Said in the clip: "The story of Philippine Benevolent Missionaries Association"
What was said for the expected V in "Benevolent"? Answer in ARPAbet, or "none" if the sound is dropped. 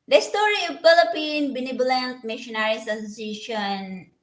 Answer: B